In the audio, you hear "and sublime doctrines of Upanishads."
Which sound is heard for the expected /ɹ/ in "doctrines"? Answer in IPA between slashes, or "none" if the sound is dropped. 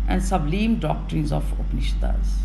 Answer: /ɹ/